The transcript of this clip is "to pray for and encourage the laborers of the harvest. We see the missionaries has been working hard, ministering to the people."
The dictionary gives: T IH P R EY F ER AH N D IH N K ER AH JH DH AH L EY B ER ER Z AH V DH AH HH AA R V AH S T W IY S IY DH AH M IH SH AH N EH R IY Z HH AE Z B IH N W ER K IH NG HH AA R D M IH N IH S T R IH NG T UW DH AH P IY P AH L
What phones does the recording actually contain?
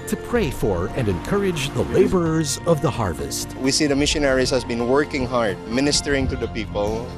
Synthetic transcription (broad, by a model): T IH P R EY F ER AH N D IH N K ER AH JH DH AH L EY B ER ER Z AH V DH AH HH AA R V AH S T W IY S IY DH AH M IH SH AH N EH R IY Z HH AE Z B IH N W ER K IH NG HH AA R D M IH N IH S T R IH NG T UW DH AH P IY P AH L